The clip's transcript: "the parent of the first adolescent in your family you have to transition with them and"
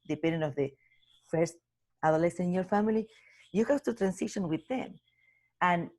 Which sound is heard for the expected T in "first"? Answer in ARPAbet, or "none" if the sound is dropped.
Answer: T